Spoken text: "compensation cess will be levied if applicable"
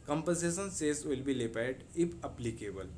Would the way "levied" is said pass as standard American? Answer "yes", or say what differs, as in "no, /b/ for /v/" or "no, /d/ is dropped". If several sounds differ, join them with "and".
no, /p/ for /v/